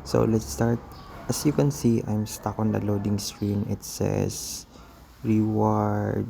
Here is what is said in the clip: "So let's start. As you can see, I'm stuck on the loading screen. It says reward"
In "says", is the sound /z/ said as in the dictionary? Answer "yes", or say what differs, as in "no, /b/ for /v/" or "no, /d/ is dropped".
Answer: no, /s/ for /z/